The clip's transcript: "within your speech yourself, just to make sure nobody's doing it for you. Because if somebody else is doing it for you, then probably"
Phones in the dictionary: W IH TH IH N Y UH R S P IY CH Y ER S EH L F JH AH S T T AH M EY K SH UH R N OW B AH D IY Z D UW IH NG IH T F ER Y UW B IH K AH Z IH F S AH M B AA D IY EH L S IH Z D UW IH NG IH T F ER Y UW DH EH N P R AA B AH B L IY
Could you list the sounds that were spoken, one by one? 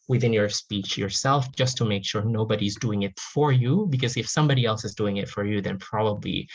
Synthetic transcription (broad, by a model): W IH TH IH N Y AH R S P IY CH Y ER S EH L F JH AH S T T AH M EY K SH UH R N OW B AH D IY Z D UW IH NG IH T F ER Y UW B IH K AH Z IH F S AH M B AA D IY EH L S IH Z D UW IH NG IH T F ER Y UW DH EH N P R AA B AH B L IY